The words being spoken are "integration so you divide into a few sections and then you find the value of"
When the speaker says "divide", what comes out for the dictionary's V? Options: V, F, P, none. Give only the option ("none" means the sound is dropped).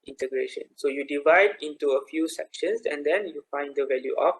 V